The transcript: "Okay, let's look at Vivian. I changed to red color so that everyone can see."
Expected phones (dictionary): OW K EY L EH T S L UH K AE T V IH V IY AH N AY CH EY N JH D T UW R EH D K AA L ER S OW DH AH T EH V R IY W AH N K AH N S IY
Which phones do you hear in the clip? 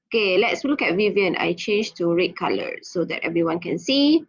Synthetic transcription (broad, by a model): OW K EY L EH T S L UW K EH T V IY V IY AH N AY CH EY N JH T UW R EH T K AA L ER S OW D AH T EH V R IY W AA N K AH N S IY